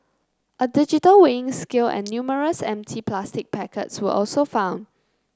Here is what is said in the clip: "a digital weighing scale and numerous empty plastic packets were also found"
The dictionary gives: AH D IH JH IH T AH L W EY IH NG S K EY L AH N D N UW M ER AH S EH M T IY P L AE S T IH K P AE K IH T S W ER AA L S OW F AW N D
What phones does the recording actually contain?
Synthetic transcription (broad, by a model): AH D IH JH IH T AH L W EY IH NG S K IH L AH N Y UW M ER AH S EH M T IY P L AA S T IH K P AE K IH T S W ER AA L S OW F AW N D